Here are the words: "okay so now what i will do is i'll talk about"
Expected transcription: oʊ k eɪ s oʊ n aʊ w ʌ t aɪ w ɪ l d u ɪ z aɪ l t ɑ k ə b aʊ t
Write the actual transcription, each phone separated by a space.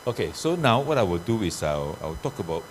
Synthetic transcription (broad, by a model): oʊ k eɪ s oʊ n aʊ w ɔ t aɪ w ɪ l d u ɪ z aɪ w t ɑ k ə b aʊ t